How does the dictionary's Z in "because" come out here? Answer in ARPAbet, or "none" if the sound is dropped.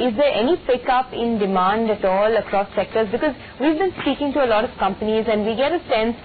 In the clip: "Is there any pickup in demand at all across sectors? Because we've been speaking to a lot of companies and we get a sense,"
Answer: Z